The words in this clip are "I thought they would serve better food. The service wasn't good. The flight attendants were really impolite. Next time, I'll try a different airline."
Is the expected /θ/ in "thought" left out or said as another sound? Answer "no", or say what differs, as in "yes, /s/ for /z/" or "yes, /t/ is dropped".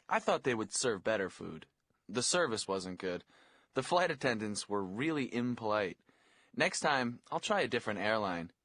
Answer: no